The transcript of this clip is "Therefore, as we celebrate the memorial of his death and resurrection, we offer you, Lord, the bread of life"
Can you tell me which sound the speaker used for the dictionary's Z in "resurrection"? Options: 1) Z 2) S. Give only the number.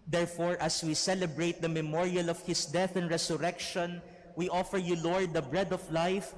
2